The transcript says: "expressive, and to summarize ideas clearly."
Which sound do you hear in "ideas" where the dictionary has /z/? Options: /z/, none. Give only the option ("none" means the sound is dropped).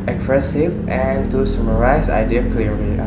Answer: none